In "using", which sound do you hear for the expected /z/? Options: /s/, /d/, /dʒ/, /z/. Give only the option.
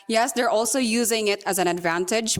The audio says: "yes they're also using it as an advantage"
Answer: /z/